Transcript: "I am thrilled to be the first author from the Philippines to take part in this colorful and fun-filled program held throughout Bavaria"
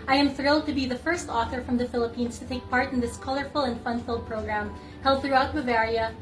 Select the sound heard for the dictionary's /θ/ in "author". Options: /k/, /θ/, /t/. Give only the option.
/θ/